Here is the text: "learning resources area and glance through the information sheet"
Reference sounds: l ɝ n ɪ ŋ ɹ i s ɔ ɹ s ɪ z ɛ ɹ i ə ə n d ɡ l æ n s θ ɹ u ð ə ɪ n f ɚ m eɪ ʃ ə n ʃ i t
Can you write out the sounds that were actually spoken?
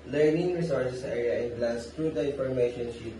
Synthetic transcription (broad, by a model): l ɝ n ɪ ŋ ɹ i s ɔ ɹ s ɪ s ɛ ɹ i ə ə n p l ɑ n s t ɹ u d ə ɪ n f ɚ m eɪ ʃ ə n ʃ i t